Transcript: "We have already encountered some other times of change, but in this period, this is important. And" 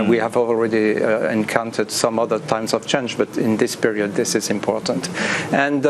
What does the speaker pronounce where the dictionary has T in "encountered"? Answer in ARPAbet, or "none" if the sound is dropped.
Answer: T